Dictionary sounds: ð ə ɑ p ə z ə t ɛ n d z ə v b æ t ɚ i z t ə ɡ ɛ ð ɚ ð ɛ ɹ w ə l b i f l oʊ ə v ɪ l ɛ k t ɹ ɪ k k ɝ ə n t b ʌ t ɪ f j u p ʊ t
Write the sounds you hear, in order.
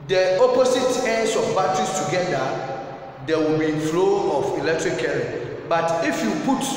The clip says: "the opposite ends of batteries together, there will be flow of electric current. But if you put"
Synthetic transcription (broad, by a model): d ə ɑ p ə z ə t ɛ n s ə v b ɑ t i s t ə ɡ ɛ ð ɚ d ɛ w ə l b i f l oʊ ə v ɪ l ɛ k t ɹ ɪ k k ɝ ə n b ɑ t ɪ f j u p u t